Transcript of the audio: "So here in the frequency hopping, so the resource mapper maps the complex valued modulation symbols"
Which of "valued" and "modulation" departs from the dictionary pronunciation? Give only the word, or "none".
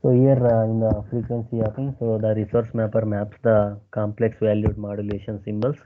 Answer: none